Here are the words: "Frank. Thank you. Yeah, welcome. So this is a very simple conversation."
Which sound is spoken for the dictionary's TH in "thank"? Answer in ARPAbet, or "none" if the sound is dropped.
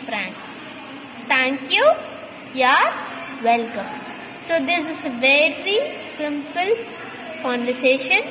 T